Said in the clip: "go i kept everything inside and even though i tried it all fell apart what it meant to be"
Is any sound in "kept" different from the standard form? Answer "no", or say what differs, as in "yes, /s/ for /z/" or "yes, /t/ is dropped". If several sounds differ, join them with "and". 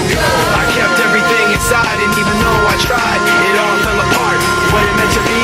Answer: no